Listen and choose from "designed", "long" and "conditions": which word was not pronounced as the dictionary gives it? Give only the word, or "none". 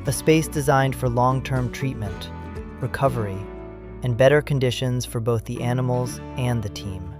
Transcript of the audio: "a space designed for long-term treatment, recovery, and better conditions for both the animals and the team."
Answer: none